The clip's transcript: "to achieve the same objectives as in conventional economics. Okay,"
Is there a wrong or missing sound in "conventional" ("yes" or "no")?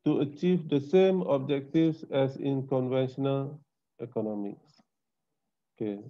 no